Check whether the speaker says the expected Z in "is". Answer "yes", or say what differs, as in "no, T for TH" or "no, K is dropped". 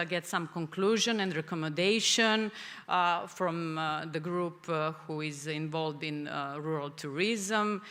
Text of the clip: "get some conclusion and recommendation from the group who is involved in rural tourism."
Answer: yes